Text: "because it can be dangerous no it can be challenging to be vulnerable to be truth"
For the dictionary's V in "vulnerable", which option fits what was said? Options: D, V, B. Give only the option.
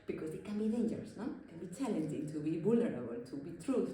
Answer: B